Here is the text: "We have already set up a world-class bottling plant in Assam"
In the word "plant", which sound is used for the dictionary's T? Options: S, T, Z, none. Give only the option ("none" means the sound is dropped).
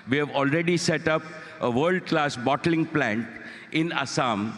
T